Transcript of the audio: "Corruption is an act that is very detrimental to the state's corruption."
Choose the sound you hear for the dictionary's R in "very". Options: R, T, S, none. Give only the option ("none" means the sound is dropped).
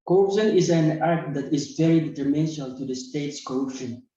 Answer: R